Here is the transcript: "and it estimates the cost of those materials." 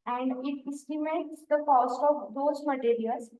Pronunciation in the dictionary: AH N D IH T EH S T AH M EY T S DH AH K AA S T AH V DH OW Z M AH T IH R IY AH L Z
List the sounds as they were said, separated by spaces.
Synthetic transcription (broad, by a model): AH N D IH T EH S T AH M EY T S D AH K AA S T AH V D OW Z M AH T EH R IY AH L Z